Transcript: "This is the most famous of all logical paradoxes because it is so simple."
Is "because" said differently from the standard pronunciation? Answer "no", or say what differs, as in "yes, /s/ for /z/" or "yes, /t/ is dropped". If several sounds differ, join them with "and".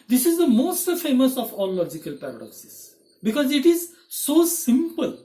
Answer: no